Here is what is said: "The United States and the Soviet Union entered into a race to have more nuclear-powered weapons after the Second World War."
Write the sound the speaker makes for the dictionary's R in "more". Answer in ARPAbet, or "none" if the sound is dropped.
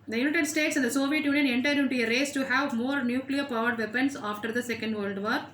R